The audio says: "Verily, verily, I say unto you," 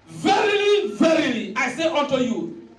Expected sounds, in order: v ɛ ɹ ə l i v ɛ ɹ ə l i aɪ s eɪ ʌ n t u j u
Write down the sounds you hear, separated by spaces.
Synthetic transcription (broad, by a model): v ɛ ɹ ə l i v ɛ ɹ ə l i aɪ s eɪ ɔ t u j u